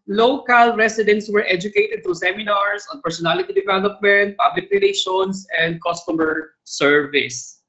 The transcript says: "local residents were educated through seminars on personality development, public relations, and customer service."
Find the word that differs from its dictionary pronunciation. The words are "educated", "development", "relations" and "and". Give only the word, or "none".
relations